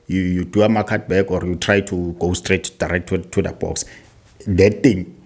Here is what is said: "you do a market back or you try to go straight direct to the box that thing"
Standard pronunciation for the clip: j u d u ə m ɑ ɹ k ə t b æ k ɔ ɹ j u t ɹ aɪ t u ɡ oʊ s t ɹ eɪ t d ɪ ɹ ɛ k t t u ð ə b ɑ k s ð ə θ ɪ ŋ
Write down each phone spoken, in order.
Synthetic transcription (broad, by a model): j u d u ə m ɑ k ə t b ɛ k ɔ ɹ j u t ɹ aɪ t u ɡ oʊ s t ɹ eɪ t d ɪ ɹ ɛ k t t u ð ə b ɑ k s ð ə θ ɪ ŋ